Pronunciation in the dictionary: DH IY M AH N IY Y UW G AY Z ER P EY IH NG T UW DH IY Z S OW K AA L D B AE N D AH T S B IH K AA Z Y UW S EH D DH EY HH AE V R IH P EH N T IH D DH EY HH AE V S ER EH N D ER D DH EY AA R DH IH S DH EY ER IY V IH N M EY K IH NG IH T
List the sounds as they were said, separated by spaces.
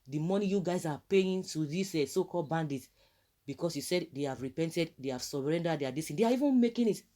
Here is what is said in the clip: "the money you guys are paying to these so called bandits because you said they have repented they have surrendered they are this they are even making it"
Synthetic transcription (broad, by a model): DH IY M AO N IY Y UW G AY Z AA P EY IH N T UW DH IY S S OW K AA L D B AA N D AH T B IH K AA S Y UW S EH D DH EY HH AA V R IH P EH N T IH D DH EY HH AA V S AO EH N D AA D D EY AA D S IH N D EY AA IY V IH N M EY K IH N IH T